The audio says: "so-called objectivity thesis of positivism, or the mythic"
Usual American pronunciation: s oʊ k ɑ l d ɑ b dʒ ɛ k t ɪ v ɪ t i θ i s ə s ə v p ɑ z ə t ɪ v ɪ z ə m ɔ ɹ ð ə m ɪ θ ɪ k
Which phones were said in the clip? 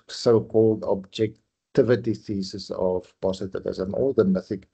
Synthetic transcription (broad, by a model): s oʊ k ɑ l d ɑ b dʒ ɛ k t ɪ v ɪ t i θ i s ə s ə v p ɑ s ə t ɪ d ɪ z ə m ɔ l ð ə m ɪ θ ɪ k